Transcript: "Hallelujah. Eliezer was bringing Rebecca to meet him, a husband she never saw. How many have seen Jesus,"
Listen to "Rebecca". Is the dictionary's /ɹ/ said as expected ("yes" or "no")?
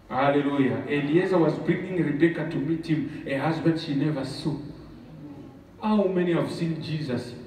yes